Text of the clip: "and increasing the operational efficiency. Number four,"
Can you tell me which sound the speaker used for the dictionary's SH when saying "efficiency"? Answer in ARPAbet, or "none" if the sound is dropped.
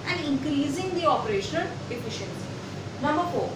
SH